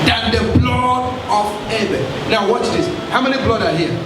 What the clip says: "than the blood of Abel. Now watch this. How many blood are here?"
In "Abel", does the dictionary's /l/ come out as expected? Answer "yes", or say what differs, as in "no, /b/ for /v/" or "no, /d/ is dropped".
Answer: no, /n/ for /l/